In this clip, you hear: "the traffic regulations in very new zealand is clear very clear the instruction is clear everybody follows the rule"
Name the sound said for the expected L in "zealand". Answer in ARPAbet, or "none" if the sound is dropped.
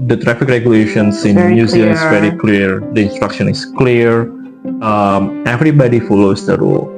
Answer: none